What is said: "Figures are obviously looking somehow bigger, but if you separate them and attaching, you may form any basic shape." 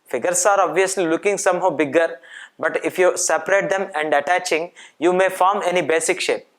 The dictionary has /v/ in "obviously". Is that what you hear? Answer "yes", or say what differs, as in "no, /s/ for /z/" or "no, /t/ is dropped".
yes